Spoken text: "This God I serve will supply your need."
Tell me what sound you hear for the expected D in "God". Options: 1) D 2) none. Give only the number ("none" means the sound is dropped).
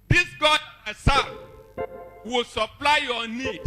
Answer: 2